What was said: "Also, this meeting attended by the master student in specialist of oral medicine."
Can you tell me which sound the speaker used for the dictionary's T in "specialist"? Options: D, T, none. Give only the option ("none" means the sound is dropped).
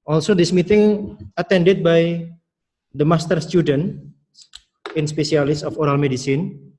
none